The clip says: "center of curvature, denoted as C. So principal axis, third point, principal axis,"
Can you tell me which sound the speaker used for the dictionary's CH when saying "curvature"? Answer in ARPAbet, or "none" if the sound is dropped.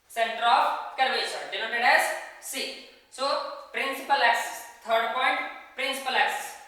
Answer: S